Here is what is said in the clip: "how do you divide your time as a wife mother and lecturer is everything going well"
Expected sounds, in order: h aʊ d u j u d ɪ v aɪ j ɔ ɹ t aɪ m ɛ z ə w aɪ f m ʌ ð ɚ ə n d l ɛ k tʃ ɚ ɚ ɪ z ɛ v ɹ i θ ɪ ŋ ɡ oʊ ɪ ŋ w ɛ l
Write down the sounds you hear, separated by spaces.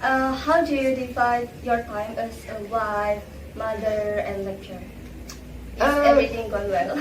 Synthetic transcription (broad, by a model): h aʊ d u j u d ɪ f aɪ j ɔ ɹ t aɪ m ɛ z ə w aɪ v m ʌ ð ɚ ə n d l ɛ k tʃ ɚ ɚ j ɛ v ɹ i t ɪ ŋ ɡ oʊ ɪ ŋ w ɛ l